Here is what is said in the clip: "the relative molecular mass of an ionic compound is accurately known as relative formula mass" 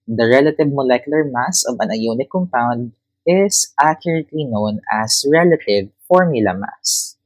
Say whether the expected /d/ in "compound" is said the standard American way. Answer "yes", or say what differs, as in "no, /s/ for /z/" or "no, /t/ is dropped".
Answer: yes